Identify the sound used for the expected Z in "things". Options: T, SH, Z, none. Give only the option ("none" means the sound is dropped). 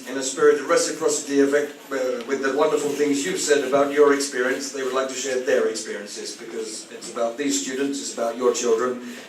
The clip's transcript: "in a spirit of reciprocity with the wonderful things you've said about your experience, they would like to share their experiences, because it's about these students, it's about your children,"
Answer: Z